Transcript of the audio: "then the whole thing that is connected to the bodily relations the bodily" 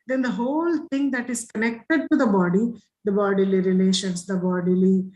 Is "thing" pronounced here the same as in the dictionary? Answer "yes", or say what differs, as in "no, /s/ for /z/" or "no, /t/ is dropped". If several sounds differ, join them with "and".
no, /t/ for /θ/